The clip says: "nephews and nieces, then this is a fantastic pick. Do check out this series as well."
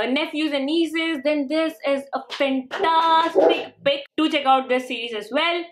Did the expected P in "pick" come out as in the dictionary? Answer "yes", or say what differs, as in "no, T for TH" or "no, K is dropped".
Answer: no, B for P